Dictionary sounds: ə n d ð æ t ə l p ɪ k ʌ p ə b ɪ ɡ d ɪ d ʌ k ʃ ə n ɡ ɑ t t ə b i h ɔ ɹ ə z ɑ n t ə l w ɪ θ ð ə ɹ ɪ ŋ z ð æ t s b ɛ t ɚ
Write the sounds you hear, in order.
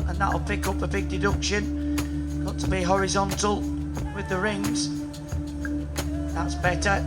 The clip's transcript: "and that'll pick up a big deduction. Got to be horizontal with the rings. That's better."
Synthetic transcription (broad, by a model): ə n ð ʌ t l p ɪ k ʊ p ə b ɪ ɡ d ɪ d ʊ k ʃ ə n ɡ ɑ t t ə b i h ɔ ɹ ə z ɑ n t ə l w ɪ ð ə ɹ ɪ ŋ z ð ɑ t s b ɛ t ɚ